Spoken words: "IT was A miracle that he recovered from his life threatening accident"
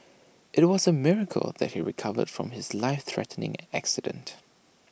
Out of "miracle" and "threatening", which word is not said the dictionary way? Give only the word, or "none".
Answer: none